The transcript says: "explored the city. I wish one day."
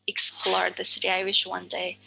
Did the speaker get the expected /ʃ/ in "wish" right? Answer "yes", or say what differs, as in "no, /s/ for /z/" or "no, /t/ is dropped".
yes